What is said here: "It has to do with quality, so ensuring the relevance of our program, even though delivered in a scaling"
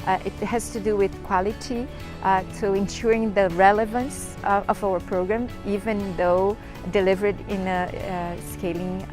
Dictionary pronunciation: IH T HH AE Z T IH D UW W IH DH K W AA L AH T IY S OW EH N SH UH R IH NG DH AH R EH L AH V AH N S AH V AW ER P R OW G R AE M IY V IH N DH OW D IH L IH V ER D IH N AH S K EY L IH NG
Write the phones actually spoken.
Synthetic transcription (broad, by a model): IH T HH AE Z T IH D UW W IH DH K W AA L AH T IY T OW EH N SH UH R IH NG DH AH R EH L AH V AH N S AH V AW ER P R OW G R AE M IY V IH N DH OW D IH L IH V ER D IH N AH S K EY L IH NG